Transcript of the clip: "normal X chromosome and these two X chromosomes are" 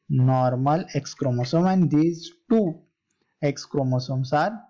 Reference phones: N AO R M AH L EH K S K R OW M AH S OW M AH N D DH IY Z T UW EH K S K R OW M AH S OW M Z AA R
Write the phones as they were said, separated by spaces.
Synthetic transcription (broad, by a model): N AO R M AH L EH K S K R OW M AH S OW M AH N D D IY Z T UW EH K S K R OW M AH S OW M S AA R